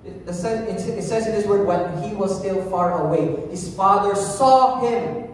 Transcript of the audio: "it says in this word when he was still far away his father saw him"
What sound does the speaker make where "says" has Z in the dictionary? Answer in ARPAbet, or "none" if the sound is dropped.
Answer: Z